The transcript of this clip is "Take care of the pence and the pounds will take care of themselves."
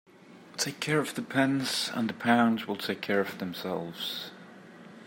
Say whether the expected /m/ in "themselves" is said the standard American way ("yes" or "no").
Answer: yes